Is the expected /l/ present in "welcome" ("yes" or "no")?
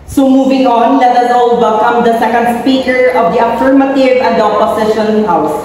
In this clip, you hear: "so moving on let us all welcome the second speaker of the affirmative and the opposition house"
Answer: no